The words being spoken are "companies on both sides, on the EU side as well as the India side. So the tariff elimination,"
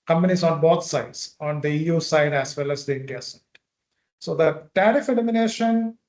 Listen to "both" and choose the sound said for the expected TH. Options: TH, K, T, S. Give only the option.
T